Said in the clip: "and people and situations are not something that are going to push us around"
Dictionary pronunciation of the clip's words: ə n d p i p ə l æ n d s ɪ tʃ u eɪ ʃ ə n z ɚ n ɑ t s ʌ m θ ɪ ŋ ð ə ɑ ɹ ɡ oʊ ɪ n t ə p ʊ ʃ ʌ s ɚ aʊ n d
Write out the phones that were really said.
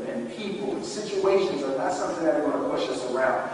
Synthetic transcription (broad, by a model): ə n p i p l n s ɪ tʃ u eɪ ʃ ə n z ɚ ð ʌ t s ʌ m θ ɪ ŋ ð ə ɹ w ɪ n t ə p ʊ ʃ ʌ s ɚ aʊ n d